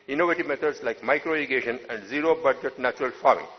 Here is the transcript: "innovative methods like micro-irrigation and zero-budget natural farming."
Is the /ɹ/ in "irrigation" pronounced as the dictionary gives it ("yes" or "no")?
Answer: no